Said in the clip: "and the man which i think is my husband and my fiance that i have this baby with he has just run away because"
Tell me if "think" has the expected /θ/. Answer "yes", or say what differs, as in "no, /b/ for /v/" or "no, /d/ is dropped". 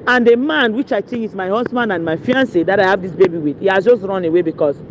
no, /t/ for /θ/